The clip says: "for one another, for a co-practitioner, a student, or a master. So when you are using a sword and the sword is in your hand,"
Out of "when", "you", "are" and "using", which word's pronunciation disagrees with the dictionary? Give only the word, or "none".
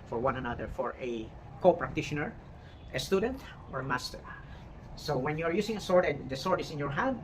using